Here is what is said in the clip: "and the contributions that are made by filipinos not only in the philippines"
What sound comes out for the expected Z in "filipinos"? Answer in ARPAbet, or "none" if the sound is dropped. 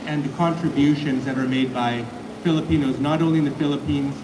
Z